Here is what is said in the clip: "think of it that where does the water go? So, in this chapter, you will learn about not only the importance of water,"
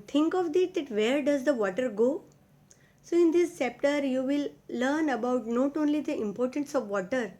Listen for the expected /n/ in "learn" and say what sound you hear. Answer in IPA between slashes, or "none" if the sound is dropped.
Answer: /n/